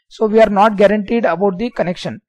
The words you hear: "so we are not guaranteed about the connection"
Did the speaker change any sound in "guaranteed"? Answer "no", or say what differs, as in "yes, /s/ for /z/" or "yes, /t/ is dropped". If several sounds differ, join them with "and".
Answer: no